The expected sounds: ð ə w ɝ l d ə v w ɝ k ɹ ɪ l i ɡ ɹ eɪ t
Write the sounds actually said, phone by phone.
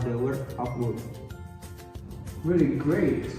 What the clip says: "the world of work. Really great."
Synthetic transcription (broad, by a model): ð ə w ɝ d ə p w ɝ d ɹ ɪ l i ɡ ɹ eɪ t